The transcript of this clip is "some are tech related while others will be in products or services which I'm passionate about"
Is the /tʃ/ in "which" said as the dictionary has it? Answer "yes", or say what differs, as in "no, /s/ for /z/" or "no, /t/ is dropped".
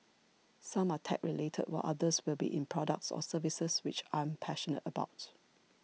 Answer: yes